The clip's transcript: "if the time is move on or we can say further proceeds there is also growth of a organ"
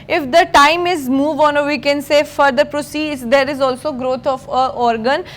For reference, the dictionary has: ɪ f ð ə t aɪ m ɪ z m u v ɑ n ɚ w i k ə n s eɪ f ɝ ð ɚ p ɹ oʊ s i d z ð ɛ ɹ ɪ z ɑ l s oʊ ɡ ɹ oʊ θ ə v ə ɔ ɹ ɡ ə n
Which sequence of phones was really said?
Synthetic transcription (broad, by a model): ɪ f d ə t aɪ m ɪ z m u v ɑ n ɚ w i k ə n s eɪ f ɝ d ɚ p ɹ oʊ s i d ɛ ɹ ɪ z ɑ l s oʊ ɡ ɹ oʊ t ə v ə ɔ ɹ ɡ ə n